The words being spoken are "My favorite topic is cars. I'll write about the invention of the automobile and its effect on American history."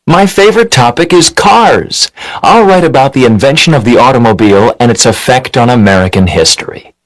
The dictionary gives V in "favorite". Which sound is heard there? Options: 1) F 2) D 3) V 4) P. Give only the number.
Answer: 3